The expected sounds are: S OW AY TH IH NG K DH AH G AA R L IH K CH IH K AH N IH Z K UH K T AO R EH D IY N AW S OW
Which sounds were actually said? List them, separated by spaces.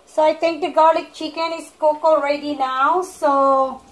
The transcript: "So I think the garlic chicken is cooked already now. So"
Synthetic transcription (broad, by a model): S OW AY T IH NG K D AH G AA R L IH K CH IH K AH N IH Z K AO K AO R EH D IY N AW S OW